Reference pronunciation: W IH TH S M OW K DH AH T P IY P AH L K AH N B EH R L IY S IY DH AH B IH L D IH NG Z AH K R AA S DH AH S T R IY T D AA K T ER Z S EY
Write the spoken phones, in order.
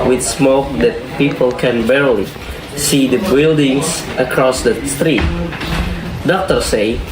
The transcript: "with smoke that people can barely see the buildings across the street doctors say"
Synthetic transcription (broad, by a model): W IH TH S M OW K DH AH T P IY P AH L K AH N B EH R L IY S IY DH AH B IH L D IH NG S AH K R AA S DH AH S T R IY T D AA K T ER S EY